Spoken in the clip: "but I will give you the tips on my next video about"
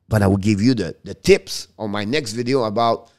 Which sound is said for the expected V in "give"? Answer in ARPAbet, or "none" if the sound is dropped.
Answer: V